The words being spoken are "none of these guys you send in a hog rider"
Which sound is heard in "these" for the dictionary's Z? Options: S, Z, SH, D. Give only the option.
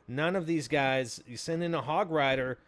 Z